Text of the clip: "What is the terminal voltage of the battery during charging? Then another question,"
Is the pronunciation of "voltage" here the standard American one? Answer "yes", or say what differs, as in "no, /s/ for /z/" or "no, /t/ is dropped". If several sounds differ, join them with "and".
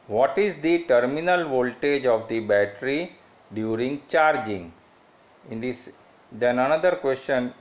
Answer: yes